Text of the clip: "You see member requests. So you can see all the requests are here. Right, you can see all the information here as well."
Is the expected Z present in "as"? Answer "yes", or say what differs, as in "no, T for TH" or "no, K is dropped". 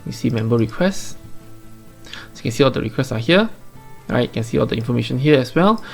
no, S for Z